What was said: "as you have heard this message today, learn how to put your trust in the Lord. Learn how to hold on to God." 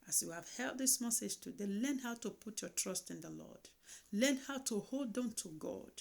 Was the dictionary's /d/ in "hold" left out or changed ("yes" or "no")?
no